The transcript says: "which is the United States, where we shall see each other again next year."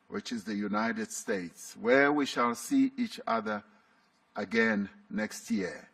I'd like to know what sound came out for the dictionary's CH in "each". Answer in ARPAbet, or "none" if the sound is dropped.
CH